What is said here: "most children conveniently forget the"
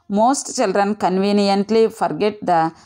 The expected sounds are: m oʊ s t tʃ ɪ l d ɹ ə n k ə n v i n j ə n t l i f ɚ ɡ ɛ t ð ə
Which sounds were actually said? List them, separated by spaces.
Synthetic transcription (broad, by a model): m oʊ s t tʃ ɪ l d ɹ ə n k ə n v i n j ə n t l i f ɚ ɡ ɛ t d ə